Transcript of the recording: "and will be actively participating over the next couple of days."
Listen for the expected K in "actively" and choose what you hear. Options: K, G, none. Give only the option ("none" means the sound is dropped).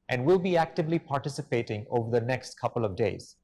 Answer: K